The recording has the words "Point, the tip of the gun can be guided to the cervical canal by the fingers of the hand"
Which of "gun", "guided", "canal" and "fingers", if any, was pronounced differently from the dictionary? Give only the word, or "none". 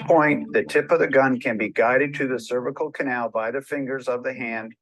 none